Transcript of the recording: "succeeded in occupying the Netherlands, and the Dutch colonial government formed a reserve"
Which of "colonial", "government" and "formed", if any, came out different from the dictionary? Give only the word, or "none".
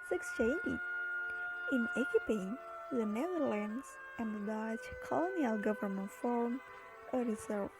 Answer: formed